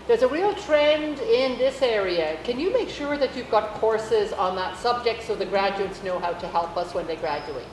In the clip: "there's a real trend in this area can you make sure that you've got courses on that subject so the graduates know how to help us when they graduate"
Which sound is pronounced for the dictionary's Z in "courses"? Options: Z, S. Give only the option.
Z